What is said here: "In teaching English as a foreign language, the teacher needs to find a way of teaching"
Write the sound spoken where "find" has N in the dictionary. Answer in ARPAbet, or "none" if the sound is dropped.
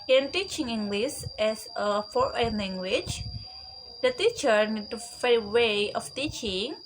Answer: none